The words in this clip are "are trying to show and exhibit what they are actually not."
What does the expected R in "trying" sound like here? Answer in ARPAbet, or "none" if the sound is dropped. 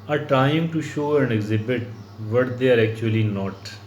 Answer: none